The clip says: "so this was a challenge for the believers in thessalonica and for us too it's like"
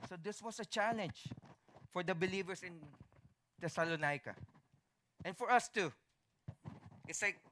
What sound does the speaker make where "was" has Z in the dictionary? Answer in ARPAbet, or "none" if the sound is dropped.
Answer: S